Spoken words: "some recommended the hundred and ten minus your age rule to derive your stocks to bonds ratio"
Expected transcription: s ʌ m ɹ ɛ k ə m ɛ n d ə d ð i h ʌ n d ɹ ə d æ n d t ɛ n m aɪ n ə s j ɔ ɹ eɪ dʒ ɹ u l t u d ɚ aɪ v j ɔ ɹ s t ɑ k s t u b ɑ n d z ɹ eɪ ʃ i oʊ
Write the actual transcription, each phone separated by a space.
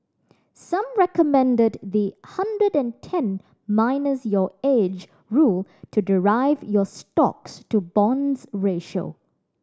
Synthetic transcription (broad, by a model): s ʌ m ɹ ɛ k ə m ɛ n d ə d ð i h ʌ n d ɹ ə d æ n t ɛ n m aɪ n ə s j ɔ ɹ eɪ dʒ ɹ u l t u d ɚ aɪ v j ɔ s t ɑ k s t u b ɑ n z ɹ eɪ ʃ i oʊ